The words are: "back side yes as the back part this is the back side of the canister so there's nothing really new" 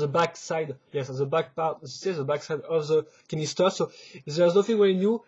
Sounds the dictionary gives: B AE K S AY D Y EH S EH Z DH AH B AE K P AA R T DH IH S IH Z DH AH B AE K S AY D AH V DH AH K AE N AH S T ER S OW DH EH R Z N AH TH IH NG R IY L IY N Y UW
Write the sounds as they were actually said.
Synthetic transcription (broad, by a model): B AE K S AY D Y EH S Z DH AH B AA K P AA R T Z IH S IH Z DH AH B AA K S AY D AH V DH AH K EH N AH S T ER S OW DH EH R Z N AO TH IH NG W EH IY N Y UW